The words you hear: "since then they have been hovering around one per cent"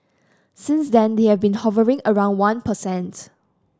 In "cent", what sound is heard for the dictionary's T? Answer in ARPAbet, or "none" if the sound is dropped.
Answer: T